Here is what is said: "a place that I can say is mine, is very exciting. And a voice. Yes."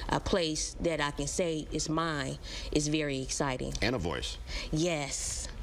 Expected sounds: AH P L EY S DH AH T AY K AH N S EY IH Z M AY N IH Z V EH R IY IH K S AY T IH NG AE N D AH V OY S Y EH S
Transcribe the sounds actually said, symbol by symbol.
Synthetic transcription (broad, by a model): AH P L EY S DH AH T AY K AH N S EY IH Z M AY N IH Z V EH R IY IH K S AY T IH NG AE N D AH V OY S Y EH S